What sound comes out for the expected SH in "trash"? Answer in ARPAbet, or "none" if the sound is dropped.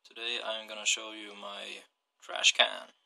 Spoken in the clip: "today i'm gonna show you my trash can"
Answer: SH